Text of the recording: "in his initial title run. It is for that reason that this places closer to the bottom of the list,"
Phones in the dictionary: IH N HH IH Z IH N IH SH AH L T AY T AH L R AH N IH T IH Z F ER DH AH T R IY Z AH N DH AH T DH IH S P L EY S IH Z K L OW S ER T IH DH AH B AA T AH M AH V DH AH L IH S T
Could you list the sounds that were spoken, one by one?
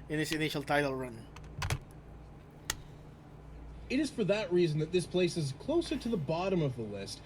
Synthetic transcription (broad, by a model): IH N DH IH S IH N IH SH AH L T AY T L R AH N IH T IH Z F ER DH AH T R IY Z N DH AH T DH IH S P L EY S IH Z K L OW S ER T IH DH AH B AA T AH M AH V DH AH L IH S T